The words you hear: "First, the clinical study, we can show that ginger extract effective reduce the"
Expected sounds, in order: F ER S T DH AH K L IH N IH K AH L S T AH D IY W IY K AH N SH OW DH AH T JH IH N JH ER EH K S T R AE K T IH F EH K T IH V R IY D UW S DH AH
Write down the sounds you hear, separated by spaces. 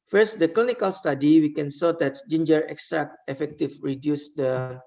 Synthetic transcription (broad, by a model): F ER S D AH K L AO N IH K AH L S T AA D IY W IY K AH N S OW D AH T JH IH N JH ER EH K S T R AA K IH F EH K T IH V R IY D UW S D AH